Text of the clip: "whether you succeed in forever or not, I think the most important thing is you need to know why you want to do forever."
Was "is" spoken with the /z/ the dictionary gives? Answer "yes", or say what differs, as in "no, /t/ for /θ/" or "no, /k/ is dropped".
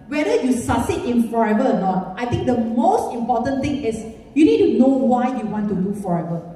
no, /s/ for /z/